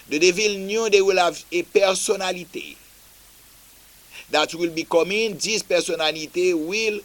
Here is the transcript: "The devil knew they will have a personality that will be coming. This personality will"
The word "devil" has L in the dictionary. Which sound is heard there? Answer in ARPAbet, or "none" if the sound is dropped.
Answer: L